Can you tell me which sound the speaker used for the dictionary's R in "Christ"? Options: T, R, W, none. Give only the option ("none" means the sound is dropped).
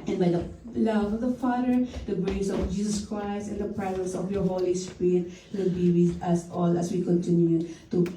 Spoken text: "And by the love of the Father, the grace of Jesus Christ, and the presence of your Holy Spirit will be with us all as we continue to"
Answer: R